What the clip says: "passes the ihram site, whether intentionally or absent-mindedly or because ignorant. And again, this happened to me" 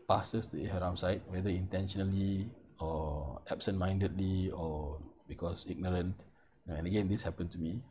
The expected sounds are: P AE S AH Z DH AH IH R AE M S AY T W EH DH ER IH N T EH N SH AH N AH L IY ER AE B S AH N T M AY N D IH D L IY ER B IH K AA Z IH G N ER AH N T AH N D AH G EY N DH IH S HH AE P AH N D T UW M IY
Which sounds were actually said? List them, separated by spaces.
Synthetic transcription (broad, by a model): P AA S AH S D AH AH R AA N S AY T W EH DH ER IH N T EH N SH AH N AH L IY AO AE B S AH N M AY N D IH D L IY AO B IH K AA S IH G N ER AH N T AH N D AH G EY N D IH S HH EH P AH N T UW M IY